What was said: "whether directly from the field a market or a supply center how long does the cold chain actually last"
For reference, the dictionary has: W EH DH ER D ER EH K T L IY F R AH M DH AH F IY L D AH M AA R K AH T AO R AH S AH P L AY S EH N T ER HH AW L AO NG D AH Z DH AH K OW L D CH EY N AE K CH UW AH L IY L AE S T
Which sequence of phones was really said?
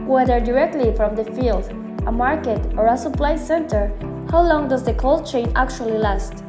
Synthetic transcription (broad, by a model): W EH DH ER D ER EH K T L IY F R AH M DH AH F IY L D AH M AA R K AH T AO R AH S AH P L AY S EH N T ER HH AW L AO NG D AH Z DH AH K OW L D CH EY N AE K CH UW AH L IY L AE S T